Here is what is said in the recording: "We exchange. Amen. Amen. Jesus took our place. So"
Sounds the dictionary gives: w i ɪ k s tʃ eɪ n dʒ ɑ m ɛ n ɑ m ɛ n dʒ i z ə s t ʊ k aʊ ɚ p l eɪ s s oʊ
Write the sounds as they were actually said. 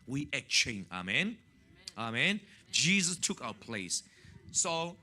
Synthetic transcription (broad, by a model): w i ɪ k tʃ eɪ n ɑ m ɛ n ɑ m ɛ n dʒ i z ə s t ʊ k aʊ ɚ p l eɪ s s oʊ